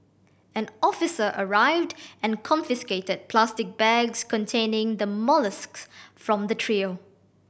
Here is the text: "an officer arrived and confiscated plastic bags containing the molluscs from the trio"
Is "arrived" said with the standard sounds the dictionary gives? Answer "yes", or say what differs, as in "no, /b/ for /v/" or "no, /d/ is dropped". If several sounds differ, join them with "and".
yes